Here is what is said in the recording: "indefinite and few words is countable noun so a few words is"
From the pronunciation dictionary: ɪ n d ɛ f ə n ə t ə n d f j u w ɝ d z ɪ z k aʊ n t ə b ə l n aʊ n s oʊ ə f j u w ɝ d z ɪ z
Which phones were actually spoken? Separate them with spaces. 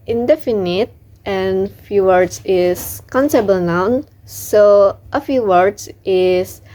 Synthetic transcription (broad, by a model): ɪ n d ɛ f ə n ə t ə n f j u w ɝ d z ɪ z k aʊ n s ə b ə l n aʊ n s oʊ ə f j u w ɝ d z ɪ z